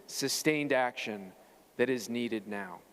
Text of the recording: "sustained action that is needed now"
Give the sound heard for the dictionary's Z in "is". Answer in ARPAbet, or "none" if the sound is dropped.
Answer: Z